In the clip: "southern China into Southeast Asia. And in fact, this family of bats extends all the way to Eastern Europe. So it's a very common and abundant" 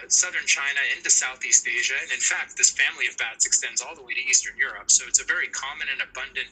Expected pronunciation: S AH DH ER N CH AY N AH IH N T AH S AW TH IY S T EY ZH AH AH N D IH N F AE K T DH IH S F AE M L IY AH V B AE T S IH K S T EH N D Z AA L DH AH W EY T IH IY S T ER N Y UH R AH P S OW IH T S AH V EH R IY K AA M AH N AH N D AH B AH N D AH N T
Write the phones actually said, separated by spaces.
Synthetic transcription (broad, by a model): S AH DH ER N CH AY N AH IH N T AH S AW TH IY S T EY ZH AH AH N IH N F AE K T DH IH S F AE M L IY AH V B AE T S IH K S T EH N D Z AA L DH AH W EY T IH IY S T ER N Y UH R AH P S OW IH T S AH V EH R IY K AA M AH N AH N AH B AH N D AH N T